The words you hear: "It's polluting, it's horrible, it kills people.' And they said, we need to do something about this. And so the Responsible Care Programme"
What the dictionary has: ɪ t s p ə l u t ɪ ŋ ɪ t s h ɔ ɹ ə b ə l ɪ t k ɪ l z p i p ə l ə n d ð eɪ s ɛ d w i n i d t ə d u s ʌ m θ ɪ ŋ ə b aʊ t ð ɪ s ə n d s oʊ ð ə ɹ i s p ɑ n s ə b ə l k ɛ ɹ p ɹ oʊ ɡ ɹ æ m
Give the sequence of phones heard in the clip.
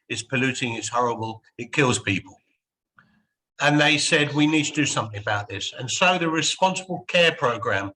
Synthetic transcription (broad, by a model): ɪ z p ə l u t ɪ ŋ ɪ t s h ɔ ɹ ə b ə l ɪ t k ɪ l z p i p ə l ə n ð eɪ s ɛ d w i n i d t ə d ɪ s ʌ m θ ɪ ŋ ə b aʊ t ð ɪ s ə n s oʊ ð ə ɹ i s p ɑ n s ə b ə l k ɛ p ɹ oʊ ɡ ɹ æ m